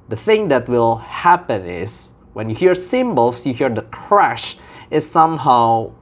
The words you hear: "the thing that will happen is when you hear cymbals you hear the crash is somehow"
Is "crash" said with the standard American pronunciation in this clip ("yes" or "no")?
yes